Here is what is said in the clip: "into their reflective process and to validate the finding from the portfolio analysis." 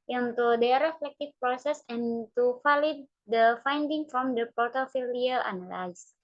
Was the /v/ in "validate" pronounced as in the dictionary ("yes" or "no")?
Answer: no